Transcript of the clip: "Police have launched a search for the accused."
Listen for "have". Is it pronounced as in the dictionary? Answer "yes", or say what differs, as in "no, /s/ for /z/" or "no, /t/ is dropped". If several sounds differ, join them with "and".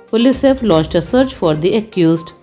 no, /f/ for /v/